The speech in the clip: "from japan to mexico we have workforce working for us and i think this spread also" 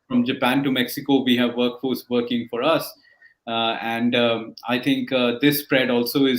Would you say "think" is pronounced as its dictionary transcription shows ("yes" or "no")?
no